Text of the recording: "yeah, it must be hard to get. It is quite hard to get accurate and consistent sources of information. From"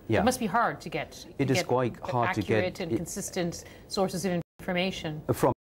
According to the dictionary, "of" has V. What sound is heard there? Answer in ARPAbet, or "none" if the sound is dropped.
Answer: V